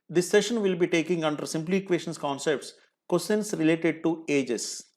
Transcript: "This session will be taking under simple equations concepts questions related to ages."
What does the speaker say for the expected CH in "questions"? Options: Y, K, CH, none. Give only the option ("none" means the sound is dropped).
none